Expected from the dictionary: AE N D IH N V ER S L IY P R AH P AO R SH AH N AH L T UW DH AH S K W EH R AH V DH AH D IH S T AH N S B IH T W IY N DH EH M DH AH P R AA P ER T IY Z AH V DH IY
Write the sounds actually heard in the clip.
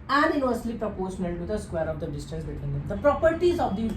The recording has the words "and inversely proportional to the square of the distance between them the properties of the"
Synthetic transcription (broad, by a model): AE N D IH N V ER S L IY P R AH P AO R SH AH N AH L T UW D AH S K W EH R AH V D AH D IH S T AH N S B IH T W IY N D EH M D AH P R AA P ER T IY Z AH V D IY